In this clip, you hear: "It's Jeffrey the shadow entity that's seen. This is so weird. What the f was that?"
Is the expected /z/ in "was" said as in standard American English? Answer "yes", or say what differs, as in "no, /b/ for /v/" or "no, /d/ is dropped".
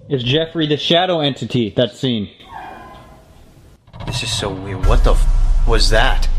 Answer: yes